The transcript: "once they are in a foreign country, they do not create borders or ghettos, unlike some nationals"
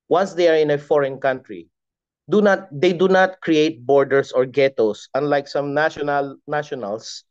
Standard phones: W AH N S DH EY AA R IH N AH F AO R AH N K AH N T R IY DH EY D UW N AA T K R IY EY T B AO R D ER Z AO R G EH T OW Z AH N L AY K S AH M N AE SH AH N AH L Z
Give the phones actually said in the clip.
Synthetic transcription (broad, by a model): W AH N S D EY AA R IH N AH F AO R AH N K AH N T R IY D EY D UW N AA T K R IY EY T B AO R D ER S AO R G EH T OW S AH N L AY K S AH M N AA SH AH N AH L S